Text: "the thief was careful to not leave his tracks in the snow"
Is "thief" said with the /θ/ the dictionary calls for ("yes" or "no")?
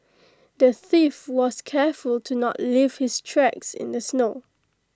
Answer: yes